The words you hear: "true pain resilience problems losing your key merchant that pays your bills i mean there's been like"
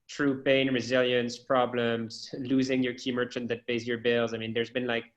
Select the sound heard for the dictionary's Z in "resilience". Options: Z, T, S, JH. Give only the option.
Z